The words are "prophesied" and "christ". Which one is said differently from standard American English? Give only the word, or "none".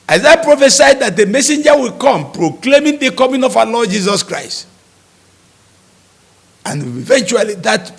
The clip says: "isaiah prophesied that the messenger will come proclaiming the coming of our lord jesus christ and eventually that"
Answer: none